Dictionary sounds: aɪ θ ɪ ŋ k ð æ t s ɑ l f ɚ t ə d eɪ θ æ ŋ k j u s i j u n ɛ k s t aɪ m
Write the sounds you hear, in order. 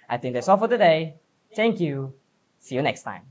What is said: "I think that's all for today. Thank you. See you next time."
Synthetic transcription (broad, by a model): aɪ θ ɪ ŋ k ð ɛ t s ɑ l f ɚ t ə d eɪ t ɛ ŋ k j u s i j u n ɛ k s t aɪ m